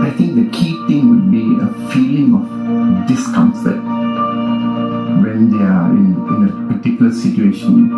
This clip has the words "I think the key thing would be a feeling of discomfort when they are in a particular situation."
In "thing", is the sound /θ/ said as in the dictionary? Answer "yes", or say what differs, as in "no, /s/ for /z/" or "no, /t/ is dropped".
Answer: no, /t/ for /θ/